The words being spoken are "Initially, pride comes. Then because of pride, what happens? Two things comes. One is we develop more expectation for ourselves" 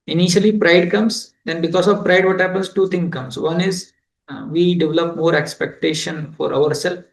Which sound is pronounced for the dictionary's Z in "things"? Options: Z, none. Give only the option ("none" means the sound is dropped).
none